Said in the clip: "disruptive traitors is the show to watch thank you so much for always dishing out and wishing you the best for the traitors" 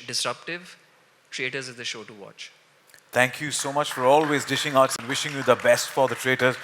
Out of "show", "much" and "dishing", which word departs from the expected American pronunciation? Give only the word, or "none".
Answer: none